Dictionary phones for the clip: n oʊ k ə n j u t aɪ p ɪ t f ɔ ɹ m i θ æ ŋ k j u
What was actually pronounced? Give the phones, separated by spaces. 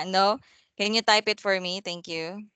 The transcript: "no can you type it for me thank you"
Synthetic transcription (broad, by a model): n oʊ k ə n j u t aɪ p ɪ t f ɔ ɹ m i t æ ŋ k j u